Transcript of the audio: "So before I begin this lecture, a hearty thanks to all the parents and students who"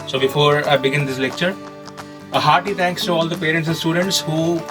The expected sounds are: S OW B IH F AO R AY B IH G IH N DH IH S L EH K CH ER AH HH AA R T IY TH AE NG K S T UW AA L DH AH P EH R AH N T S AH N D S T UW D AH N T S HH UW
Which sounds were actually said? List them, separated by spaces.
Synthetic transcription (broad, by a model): S OW B IH F AO R AY B IH G IH N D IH S L EH K CH ER AH HH AA R T IY T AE NG K S T UW AA L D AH P EH R AH N T S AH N S T UW D AH N T S HH UW